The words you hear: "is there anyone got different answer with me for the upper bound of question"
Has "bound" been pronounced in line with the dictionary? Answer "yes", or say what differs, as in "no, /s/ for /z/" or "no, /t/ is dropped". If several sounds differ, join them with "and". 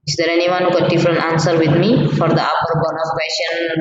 no, /d/ is dropped